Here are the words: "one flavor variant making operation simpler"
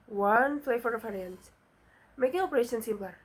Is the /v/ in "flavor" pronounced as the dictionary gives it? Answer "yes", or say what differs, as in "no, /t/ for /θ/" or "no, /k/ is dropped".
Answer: no, /f/ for /v/